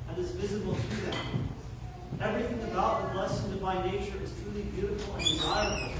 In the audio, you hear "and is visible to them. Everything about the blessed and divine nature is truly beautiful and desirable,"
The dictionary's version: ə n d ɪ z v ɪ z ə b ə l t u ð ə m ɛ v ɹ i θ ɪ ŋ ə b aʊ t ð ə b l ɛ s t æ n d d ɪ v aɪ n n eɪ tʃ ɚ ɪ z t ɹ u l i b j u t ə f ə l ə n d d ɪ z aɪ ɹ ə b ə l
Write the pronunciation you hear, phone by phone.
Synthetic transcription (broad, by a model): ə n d ɪ z v ɪ z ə b l t u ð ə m ɛ v ɹ i θ ɪ ŋ ə b aʊ t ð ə l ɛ s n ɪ b aɪ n n eɪ tʃ ɚ ɪ z t ɹ u l i b j u t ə f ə l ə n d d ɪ z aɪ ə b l